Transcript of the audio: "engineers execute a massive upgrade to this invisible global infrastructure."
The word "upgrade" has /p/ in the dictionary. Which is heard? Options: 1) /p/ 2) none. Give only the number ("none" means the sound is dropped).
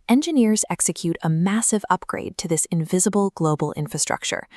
1